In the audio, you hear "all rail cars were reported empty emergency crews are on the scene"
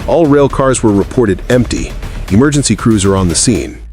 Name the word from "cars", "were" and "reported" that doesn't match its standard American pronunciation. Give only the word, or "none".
none